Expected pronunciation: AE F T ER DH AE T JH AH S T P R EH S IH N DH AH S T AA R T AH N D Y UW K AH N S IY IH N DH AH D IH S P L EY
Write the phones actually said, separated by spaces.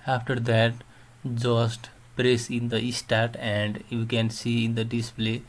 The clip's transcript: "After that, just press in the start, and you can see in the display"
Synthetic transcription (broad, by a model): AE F T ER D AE T JH AH S T P R EH S IH N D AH S T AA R T AH N D Y UW K AH N S IY IH N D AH D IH S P L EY